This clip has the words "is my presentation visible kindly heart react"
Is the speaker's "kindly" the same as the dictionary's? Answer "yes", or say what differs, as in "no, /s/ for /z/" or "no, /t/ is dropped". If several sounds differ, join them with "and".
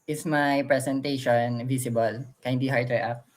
no, /l/ is dropped